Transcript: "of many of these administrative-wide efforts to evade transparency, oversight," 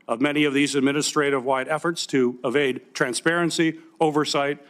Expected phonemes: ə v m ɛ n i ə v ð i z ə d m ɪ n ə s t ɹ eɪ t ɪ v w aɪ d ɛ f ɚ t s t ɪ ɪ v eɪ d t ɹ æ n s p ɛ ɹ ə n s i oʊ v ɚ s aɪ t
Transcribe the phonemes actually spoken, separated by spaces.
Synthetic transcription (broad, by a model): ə v m ɛ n i ə v ð i z ə d m ɪ n ə s t ɹ eɪ t ɪ v w aɪ d ɛ f ɚ t s t ɪ ɪ v eɪ d t ɹ æ n s p ɛ ɹ ə n s i oʊ v ɚ s aɪ t